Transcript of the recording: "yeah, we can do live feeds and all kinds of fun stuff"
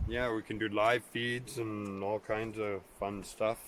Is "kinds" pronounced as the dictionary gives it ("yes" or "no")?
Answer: yes